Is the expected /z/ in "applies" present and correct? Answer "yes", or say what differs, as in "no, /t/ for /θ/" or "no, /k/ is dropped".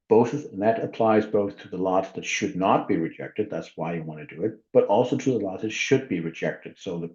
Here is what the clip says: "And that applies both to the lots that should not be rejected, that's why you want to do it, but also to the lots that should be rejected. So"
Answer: yes